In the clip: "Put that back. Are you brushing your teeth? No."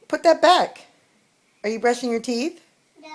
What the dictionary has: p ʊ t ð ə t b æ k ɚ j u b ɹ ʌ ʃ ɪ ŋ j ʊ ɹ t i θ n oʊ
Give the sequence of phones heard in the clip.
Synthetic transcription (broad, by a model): p ʊ t ð ə t b æ k ɚ j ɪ b ɹ ʌ ʃ ɪ ŋ j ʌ ɹ t i θ